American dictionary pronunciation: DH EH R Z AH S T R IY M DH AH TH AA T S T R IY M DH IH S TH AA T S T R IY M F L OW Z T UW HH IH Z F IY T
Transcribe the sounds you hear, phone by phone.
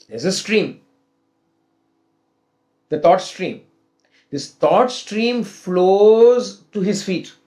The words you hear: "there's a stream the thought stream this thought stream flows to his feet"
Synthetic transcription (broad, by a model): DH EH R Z AH S T R IY M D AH T AA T S T R IY M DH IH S T AA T S T R IY M F L OW Z T UW HH IH Z F IY T